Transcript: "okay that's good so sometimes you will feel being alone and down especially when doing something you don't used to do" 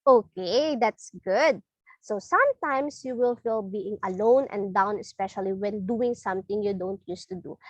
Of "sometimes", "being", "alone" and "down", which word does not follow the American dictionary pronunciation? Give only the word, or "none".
sometimes